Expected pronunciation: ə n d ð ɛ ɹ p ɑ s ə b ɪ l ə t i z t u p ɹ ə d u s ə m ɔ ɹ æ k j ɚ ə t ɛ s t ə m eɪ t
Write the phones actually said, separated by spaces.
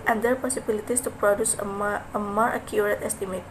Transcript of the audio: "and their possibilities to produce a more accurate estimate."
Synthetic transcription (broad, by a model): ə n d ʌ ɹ p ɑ s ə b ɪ l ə t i s t u p ɹ ə d u s ə m ɔ ɹ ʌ k j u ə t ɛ s t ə m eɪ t